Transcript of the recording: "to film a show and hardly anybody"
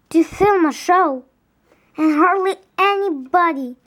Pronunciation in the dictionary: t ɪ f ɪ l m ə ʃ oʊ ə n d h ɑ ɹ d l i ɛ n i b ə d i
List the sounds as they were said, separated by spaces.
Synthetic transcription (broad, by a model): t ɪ f ɪ l m ə ʃ oʊ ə n h ɑ ɹ d l i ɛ n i b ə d i